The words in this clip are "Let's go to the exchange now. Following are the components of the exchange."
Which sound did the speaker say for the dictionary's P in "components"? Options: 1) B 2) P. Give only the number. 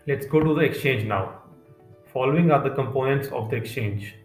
2